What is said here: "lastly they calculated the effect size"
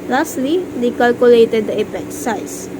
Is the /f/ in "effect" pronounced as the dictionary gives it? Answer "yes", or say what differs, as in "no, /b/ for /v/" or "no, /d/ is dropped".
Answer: no, /p/ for /f/